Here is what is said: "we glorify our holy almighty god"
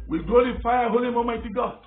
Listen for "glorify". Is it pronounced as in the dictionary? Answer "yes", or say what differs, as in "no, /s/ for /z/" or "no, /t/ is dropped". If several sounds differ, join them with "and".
no, /l/ is dropped and /l/ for /ɹ/